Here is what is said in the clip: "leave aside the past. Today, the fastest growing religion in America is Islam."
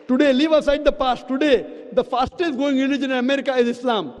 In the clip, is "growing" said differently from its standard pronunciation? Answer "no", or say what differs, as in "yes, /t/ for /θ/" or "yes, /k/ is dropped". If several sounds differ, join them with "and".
yes, /ɹ/ is dropped